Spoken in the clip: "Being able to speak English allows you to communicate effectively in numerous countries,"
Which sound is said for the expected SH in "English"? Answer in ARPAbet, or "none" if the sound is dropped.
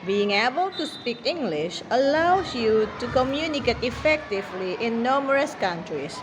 SH